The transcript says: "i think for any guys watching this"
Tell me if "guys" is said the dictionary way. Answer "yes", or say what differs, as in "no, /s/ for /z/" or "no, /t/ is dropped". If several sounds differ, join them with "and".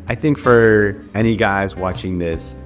yes